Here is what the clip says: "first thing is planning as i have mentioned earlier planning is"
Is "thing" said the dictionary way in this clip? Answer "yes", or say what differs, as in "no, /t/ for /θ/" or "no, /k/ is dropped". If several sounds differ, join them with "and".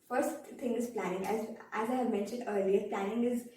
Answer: no, /t/ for /θ/